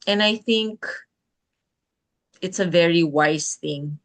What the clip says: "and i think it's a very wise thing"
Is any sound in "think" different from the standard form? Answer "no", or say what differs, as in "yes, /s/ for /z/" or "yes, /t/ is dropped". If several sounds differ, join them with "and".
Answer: no